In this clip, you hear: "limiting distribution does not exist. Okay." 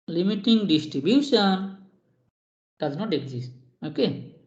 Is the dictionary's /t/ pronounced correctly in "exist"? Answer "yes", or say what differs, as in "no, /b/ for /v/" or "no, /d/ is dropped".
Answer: no, /t/ is dropped